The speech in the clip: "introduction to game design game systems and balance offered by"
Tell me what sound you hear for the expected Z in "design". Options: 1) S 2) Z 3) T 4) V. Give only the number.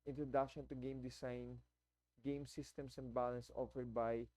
1